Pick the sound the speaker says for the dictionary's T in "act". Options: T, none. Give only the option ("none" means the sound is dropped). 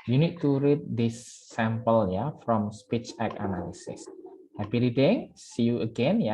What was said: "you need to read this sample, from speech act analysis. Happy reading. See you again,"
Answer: none